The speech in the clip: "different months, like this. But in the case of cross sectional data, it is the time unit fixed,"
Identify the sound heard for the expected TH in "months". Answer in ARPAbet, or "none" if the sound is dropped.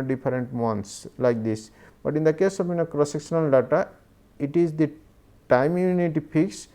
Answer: T